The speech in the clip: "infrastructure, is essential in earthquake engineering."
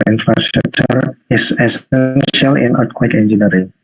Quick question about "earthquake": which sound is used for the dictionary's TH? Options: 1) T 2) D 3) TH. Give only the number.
1